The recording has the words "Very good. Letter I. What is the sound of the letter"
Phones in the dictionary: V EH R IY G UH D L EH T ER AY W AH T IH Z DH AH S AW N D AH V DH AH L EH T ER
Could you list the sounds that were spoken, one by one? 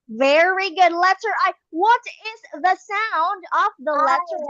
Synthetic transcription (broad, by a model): V EH R IY G UH D L EH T ER AY W AH T IH Z DH AH S AW N D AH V DH AH L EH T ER